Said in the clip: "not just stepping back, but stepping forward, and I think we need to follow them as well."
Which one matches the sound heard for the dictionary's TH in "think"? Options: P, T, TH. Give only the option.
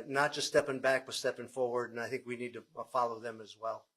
TH